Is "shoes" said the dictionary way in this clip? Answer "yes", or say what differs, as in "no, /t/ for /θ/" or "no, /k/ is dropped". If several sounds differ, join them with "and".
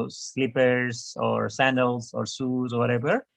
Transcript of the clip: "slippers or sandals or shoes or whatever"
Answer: no, /s/ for /ʃ/